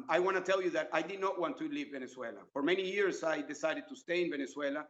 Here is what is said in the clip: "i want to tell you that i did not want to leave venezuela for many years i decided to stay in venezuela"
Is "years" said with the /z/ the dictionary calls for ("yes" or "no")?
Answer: no